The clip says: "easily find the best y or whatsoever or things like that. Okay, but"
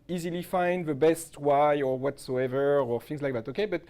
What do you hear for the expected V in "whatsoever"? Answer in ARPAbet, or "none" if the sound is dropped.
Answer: V